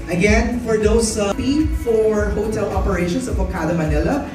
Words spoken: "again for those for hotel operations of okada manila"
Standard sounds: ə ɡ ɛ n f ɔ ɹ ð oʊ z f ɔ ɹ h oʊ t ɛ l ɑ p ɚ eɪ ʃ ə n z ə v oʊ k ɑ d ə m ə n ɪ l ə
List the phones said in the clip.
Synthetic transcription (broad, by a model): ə ɡ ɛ n f ɔ ɹ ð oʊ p f ɔ ɹ h oʊ t ɛ l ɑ p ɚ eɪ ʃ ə n s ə p oʊ k ɑ d ə m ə n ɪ l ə